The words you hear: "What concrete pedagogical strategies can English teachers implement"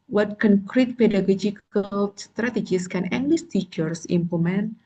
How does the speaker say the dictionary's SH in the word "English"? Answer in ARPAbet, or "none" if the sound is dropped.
S